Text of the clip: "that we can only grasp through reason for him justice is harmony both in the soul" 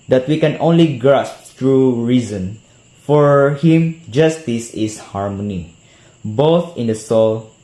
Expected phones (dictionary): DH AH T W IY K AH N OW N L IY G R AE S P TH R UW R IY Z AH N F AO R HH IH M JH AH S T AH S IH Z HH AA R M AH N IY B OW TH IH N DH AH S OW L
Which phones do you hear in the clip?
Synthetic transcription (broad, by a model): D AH T W IY K AH N OW N L IY G R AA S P T R UW R IY Z AH N F AO R HH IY M JH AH S T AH S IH S HH AA R M AH N IY B OW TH IH N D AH S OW L